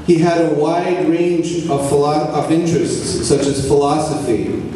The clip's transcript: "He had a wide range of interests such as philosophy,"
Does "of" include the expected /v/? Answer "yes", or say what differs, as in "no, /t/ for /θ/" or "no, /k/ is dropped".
yes